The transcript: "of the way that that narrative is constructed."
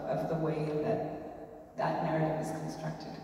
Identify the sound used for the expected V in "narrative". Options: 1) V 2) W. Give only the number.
1